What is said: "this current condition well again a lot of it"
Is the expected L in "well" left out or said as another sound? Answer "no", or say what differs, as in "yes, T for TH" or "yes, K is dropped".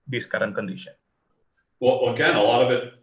yes, W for L